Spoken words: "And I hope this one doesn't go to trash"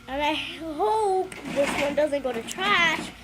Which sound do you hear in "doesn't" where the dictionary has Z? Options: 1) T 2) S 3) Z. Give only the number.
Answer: 3